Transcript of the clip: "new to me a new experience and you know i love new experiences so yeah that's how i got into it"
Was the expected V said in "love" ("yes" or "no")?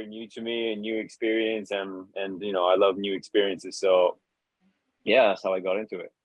yes